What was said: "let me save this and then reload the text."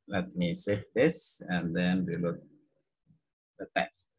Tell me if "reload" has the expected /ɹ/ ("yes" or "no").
no